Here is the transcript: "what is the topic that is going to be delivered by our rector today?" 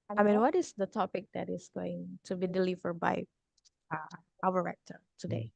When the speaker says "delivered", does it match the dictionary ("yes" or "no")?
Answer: yes